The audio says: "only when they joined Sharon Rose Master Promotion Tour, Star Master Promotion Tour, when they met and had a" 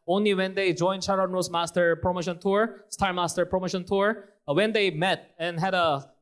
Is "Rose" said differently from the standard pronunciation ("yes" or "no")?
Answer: yes